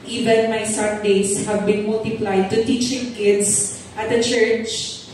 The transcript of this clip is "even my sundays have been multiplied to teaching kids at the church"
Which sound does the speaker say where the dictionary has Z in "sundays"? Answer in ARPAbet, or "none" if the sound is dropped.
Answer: S